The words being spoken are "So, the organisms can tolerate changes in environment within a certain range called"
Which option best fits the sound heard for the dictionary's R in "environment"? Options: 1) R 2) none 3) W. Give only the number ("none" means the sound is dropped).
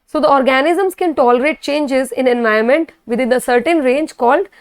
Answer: 2